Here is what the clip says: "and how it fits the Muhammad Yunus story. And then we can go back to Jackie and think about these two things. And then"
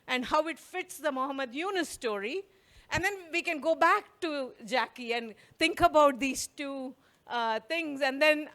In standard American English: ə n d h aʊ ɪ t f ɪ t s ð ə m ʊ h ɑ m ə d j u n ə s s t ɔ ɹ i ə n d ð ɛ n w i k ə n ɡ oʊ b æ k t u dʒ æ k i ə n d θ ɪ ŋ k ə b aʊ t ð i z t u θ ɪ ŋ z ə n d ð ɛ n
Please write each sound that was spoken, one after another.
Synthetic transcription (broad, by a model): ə n d h aʊ ɪ t f ɪ t s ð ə m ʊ h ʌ m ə d j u n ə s s t ɔ ɹ i ə n d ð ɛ n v i k ə n ɡ oʊ b æ k t u dʒ æ k i ə n d t ɪ ŋ k ə b aʊ t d i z t u t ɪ ŋ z ə n d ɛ n